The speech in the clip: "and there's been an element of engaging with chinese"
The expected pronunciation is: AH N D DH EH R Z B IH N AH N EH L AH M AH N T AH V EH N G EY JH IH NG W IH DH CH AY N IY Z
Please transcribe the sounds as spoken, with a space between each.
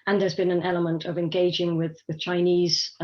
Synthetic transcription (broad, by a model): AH N DH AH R Z B IH N AH N EH L AH M AH N T AH V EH N G EY JH IH NG W IH DH CH AY N IY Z